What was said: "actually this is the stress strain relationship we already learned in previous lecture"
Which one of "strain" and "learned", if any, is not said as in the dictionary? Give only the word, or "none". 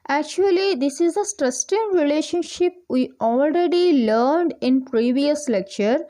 strain